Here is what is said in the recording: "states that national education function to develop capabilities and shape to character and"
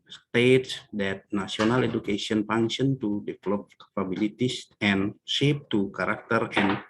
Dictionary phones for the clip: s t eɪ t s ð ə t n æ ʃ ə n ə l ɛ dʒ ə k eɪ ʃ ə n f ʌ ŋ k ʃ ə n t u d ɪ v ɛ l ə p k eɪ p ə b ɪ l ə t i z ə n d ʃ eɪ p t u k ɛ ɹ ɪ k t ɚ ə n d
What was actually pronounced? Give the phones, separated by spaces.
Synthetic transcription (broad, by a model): s t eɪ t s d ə t n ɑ s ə n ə l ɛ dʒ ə k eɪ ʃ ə n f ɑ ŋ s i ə n t u d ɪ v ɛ l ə p k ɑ p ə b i l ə t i s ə n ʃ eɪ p t u k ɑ ɹ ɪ k t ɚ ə n